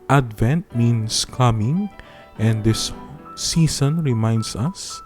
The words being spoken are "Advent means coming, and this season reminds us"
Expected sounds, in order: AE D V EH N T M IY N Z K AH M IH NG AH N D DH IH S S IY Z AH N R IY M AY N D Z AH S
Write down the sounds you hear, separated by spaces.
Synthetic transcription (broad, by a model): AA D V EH N T M IY N S K AH M IH NG AH N D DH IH S S IY S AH N R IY M AY N D S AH S